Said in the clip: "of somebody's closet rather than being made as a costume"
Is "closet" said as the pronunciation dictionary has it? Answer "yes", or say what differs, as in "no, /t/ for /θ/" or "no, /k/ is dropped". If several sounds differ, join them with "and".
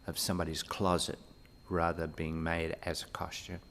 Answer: yes